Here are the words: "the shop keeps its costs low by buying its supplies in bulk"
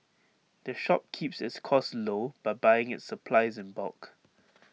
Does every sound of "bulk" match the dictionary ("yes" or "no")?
no